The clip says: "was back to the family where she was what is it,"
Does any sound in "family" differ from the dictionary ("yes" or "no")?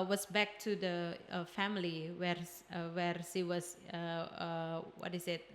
yes